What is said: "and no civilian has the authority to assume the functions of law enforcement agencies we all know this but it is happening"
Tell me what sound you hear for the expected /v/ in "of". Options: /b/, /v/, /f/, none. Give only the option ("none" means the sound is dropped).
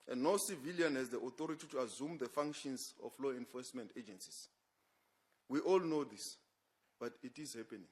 /f/